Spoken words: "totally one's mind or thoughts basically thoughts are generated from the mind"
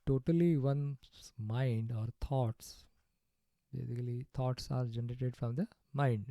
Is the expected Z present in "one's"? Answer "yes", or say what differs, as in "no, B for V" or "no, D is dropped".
no, Z is dropped